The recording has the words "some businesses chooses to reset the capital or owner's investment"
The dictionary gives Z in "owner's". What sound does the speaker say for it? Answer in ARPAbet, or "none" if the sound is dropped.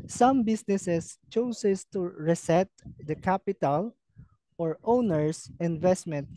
S